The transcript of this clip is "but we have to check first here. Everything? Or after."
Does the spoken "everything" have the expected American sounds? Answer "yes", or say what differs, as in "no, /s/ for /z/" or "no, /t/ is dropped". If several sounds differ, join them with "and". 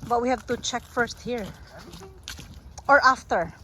no, /v/ is dropped